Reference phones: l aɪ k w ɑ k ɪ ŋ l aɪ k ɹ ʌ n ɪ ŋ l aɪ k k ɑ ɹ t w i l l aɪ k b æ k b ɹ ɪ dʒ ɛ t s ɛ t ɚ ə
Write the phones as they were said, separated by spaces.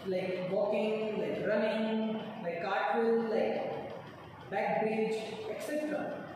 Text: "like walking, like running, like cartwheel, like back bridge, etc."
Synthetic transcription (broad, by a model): l aɪ k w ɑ k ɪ ŋ l aɪ k ɹ ʌ n ɪ ŋ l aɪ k k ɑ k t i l l aɪ k b æ k b ɹ ɪ dʒ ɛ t s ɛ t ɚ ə